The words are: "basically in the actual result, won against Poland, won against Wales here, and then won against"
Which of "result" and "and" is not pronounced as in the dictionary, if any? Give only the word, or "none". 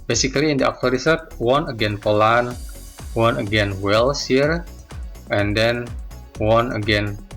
result